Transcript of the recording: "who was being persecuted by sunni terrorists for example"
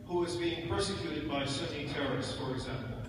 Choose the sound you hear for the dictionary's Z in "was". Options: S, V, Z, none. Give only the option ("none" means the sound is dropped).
Z